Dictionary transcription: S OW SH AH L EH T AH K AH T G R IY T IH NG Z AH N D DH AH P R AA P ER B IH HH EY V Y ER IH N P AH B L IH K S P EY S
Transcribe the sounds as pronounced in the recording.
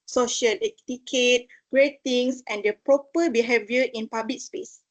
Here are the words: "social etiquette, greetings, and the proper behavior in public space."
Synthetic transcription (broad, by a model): S OW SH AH L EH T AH K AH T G R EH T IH NG S AH N D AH P R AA P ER B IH HH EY V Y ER IH N P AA B L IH K S P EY S